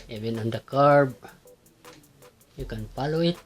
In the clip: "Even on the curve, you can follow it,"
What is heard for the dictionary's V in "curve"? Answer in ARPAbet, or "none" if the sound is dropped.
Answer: B